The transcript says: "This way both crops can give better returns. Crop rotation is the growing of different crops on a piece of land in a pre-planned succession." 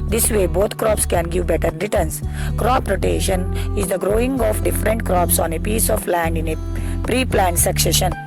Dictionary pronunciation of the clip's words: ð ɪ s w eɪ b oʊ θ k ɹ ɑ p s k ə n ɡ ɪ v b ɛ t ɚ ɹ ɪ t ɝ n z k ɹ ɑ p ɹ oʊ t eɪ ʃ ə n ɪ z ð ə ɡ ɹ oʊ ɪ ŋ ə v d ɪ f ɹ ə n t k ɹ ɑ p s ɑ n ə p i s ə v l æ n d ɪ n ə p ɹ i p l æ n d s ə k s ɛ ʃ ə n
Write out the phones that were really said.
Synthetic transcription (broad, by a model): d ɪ s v eɪ b oʊ t k ɹ ɑ p s k ə n ɡ ɪ v b ɛ t ɚ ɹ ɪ t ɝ n s k ɹ ɑ p ɹ oʊ t eɪ ʃ ə n ɪ z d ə ɡ ɹ oʊ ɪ ŋ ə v d ɪ f ɹ ə n t k ɹ ɑ p s ɑ n ə p i s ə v l æ n d ɪ n ə p ɹ i p l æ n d s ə k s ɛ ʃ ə n